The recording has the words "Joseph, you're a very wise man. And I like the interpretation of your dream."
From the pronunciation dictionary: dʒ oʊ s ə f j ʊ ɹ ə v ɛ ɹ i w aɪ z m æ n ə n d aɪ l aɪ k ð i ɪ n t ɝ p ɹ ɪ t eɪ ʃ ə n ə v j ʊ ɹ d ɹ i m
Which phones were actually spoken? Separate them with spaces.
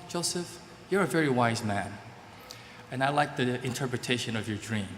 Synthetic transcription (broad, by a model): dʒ oʊ s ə f j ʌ ɹ ə v ɛ ɹ i w aɪ z m æ n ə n aɪ l aɪ k ð i ɪ n t ɝ p ɹ ɪ t eɪ ʃ ə n ə v j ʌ ɹ d ɹ i m